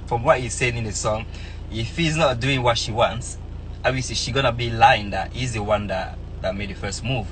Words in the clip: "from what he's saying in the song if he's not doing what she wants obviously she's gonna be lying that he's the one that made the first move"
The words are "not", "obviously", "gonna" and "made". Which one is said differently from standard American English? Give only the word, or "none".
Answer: obviously